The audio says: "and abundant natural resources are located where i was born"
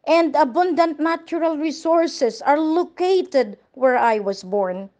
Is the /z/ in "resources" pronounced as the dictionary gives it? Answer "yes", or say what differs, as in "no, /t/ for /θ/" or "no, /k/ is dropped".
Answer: no, /s/ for /z/